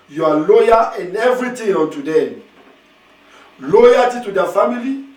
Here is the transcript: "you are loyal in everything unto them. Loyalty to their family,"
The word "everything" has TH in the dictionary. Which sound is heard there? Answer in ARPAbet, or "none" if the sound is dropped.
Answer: T